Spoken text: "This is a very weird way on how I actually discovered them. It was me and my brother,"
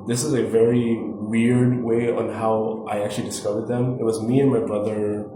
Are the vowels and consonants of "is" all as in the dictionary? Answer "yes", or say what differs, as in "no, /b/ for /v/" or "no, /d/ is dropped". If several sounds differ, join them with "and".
yes